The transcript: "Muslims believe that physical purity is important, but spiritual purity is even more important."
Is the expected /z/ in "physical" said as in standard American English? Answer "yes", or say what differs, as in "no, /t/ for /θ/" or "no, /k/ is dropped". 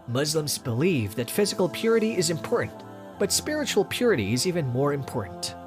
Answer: yes